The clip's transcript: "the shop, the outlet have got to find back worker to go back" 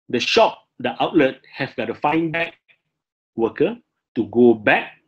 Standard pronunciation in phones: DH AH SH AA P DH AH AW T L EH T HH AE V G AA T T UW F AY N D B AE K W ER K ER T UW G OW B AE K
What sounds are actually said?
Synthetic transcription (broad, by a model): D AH SH AA P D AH AW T L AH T HH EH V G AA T T UW F AY N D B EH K W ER K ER T UW G OW B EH K